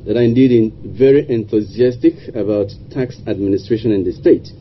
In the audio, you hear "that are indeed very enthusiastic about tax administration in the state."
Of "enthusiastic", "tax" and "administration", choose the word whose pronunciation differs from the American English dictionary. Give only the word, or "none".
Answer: none